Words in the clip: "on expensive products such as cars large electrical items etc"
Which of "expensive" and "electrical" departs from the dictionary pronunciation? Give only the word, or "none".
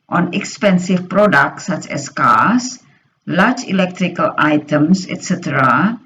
expensive